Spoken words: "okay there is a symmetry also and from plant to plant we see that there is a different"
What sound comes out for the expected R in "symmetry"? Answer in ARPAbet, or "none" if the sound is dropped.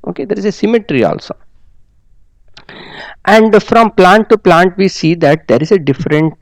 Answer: R